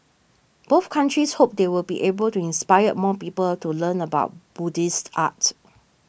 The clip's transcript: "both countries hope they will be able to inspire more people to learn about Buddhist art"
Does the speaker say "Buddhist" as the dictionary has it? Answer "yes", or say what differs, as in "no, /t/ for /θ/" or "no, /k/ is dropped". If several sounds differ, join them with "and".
yes